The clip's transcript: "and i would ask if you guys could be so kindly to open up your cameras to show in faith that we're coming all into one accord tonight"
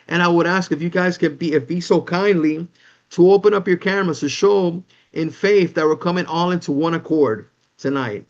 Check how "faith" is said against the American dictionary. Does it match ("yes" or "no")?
yes